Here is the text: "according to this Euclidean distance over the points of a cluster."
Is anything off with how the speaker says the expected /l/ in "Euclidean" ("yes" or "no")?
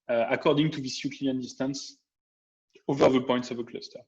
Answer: yes